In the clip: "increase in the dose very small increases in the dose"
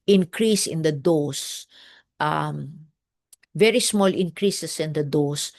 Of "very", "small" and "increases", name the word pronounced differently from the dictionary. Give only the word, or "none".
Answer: increases